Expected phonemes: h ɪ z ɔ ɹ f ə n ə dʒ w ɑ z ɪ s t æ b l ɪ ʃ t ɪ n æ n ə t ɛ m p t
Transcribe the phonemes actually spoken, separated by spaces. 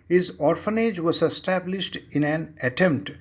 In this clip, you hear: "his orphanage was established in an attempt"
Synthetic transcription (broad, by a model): h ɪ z ɔ ɹ f ə n ə dʒ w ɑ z ɪ s t æ b l ɪ ʃ t ɪ n æ n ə t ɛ m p t